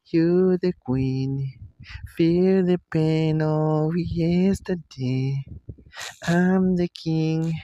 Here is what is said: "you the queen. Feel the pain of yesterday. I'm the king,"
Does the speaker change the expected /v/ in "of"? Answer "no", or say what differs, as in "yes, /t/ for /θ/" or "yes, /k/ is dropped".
yes, /w/ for /v/